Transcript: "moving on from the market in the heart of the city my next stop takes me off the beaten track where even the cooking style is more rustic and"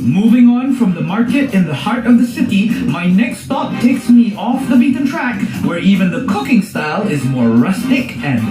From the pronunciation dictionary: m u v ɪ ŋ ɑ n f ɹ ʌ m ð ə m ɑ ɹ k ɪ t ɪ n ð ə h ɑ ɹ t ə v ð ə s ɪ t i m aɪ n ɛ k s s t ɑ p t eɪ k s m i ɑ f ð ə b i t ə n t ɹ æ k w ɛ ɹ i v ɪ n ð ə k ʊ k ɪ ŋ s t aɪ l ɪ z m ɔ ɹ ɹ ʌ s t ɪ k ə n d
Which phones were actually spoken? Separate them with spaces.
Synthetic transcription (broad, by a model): m u v ɪ ŋ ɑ n f ɹ ʌ m ð ə m ɑ ɹ k ɪ t ɪ n ð ə h ɑ ɹ t ə v ð ə s ɪ t i m aɪ n ɛ k s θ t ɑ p t eɪ k s m i ɑ f ð ə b i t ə n t ɹ æ k w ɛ ɹ i v ɪ n ð ə k ʊ k ɪ ŋ s t aɪ l ɪ z m ɔ ɹ ɹ ʌ s t ɪ k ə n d